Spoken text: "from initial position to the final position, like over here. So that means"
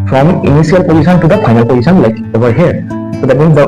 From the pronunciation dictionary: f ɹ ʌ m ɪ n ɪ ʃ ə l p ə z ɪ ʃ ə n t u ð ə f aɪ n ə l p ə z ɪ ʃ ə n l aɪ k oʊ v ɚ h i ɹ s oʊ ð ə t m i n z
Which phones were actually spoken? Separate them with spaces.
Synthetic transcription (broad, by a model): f ɹ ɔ m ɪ n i s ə l p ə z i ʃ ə n t u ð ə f aɪ n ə l p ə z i s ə n l aɪ k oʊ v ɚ h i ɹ s oʊ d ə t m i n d